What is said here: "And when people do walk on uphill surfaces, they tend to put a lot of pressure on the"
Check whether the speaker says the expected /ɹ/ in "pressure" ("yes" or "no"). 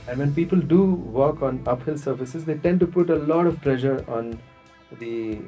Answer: no